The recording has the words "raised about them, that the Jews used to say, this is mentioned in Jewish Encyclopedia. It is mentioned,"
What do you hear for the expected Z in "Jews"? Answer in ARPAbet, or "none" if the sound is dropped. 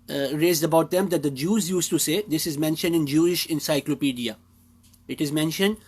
Z